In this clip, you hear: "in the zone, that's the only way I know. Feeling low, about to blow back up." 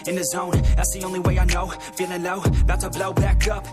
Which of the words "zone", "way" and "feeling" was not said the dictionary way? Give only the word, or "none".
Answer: feeling